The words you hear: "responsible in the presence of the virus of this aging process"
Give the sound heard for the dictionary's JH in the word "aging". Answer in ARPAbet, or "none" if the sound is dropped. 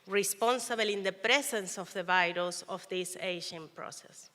SH